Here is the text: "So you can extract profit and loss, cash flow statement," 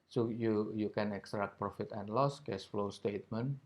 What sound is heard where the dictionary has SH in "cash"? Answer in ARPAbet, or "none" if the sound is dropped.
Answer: S